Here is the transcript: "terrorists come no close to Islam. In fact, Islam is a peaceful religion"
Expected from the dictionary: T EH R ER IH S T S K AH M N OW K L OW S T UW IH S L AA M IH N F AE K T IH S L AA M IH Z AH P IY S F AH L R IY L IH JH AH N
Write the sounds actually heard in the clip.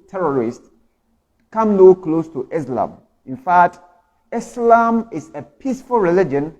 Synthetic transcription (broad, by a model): T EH R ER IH S T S K AH M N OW K L OW S T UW IH S L AA M IH N F AE K T IH S L AA M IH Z AH P IY S F AH L R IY L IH JH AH N